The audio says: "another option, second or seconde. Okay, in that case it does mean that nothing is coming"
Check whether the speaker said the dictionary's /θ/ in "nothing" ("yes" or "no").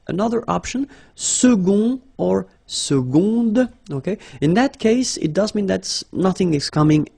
yes